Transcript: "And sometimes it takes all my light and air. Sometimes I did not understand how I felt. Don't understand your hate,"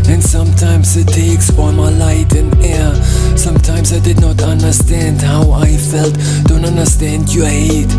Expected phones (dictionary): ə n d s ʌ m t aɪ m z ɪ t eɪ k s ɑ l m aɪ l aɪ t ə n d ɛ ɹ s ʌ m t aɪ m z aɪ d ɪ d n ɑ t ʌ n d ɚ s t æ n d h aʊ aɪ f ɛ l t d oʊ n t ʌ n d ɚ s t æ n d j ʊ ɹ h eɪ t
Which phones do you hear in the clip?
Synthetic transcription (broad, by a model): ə n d s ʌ m t aɪ m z ɪ t eɪ k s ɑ n m aɪ l aɪ t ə n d ɛ ɹ s ʌ m t aɪ m z aɪ d ɪ d n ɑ t ʌ n d ɚ s t æ n d h aʊ aɪ f ɛ l t d oʊ n t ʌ n d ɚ s t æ n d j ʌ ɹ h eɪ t